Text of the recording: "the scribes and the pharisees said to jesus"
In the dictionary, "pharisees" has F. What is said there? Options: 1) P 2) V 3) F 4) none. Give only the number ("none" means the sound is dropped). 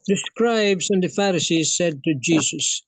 3